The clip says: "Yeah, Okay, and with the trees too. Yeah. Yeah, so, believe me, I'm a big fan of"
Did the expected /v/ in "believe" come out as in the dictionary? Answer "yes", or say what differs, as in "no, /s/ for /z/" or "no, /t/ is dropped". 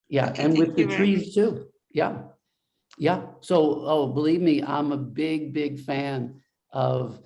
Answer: yes